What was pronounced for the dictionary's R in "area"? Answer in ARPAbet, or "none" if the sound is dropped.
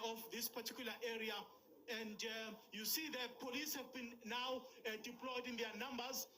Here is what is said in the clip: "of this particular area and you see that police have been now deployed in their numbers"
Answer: R